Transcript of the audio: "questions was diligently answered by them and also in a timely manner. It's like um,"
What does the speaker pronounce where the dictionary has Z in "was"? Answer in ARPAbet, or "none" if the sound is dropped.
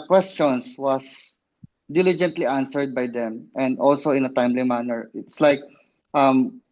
S